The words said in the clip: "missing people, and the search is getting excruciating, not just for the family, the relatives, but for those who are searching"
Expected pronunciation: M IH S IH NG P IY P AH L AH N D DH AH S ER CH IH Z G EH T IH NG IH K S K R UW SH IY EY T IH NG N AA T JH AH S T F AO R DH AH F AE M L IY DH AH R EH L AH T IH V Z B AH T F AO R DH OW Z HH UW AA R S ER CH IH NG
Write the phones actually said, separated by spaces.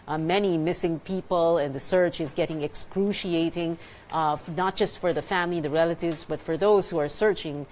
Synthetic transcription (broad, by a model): M IH S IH NG P IY P AH L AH N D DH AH S ER CH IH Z G EH T IH NG IH K S K R UW SH IY EY T IH NG N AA T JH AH S T F AO R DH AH F AE M L IY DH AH R EH L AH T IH V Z B AH T F AO R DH OW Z HH UW AA R S ER CH IH NG